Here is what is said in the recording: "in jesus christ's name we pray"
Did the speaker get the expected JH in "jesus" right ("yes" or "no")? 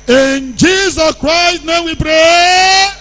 yes